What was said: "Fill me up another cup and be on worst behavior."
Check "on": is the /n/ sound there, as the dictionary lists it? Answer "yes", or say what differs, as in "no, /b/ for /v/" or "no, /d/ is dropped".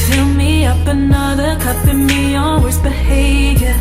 no, /l/ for /n/